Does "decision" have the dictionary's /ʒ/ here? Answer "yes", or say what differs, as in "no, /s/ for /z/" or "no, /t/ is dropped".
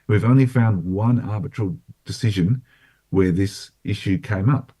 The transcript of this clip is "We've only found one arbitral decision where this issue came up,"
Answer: yes